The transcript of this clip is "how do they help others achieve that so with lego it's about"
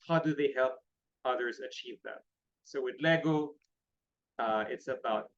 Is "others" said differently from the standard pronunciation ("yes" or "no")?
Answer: no